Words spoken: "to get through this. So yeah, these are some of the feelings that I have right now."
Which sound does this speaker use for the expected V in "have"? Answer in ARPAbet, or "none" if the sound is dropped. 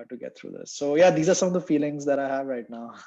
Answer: V